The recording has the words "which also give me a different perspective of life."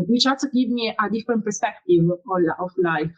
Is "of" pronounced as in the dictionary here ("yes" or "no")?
no